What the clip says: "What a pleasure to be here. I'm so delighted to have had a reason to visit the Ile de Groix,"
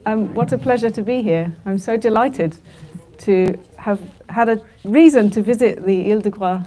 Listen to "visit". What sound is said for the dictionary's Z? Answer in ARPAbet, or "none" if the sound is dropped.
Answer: Z